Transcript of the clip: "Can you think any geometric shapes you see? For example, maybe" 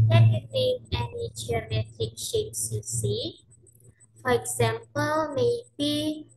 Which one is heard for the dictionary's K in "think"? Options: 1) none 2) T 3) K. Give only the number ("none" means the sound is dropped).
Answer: 1